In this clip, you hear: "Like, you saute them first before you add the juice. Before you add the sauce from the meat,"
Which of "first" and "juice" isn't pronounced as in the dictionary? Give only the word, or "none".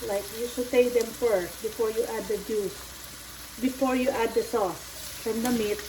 none